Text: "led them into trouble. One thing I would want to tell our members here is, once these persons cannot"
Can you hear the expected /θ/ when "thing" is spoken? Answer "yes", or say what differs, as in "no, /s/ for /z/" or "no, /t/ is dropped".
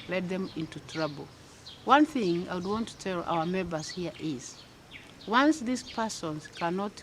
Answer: yes